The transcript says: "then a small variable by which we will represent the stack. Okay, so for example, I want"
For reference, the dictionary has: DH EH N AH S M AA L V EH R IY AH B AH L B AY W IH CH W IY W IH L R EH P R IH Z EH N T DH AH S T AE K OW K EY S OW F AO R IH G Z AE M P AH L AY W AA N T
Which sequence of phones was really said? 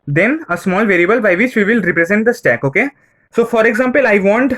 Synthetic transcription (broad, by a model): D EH N AH S M AA L V EH R IY AH B AH L B AY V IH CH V IY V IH L R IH P R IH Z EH N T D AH S T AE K OW K EY S OW F AO R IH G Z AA M P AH L AY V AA N T